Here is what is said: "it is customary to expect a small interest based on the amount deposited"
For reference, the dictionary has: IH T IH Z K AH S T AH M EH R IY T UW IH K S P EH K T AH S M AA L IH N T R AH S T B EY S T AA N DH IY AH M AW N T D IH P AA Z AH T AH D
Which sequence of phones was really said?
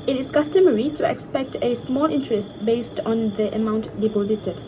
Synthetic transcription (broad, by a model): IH T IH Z K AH S T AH M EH R IY T UW IH K S P EH K T AH S M AA L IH N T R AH S T B EY S T AA N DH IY AH M AW N T D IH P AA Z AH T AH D